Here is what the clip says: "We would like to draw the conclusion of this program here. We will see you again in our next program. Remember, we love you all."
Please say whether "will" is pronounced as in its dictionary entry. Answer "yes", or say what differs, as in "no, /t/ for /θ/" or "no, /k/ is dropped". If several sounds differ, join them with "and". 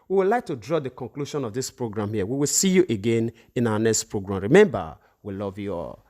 yes